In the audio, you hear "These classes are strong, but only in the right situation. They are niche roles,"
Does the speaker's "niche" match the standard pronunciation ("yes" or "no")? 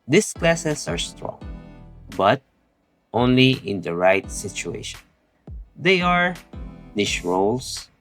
no